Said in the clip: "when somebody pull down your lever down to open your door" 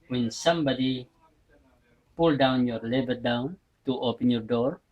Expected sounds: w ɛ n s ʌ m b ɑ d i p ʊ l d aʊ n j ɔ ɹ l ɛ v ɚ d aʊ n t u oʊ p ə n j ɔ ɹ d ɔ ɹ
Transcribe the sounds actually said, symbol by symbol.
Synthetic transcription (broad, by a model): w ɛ n s ʌ m b ɑ d i p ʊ l d aʊ n j ɔ ɹ l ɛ b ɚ d aʊ n t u oʊ p ə n j ɔ ɹ d ɔ ɹ